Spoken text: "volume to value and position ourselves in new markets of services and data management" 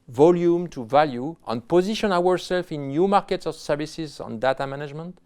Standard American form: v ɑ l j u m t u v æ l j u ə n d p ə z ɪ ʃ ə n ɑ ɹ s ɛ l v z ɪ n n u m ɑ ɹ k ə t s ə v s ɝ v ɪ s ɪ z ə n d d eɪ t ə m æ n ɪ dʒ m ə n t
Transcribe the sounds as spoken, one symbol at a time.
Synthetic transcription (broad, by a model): v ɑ l j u m t u v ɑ l j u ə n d p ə z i ʃ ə n ɑ ɹ s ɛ l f ɪ n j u m ɑ ɹ k ə t s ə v s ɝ v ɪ s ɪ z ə n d d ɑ t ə m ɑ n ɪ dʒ m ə n t